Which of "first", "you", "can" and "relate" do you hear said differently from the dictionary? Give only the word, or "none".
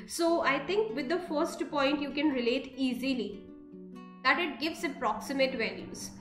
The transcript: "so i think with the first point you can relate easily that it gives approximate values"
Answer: none